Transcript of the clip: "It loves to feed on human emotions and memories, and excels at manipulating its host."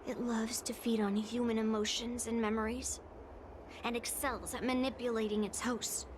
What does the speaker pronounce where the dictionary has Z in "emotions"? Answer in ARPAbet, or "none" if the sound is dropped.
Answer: Z